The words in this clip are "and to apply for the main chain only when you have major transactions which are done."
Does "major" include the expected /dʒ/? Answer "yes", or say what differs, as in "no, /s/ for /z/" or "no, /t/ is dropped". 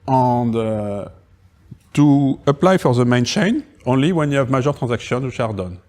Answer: no, /ʒ/ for /dʒ/